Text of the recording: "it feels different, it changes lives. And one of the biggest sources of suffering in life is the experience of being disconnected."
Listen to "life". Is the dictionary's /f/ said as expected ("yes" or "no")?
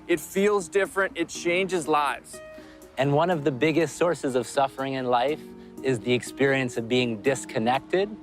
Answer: yes